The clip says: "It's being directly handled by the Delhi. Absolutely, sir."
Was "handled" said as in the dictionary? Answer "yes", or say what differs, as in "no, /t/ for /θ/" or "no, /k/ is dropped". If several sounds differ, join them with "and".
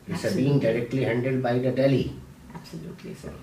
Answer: no, /l/ is dropped